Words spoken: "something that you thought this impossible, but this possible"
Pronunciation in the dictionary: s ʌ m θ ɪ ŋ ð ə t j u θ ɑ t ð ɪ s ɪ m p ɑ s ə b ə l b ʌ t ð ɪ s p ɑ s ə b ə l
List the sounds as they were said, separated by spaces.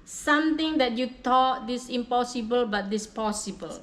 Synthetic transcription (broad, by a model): s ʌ m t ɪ ŋ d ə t j u t ɑ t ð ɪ s ɪ m p ɑ s ə b ə l b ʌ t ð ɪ s p ɑ s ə b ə l